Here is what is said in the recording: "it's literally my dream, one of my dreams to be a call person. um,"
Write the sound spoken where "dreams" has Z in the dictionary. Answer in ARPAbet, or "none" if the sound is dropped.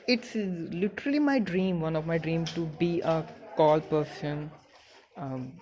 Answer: none